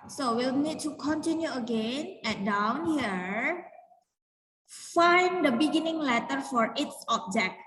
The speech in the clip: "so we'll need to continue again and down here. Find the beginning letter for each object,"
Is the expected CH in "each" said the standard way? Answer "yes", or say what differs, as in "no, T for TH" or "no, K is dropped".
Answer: no, S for CH